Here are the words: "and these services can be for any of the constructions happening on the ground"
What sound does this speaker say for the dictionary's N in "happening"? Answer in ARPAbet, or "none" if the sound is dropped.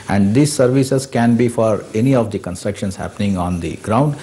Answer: N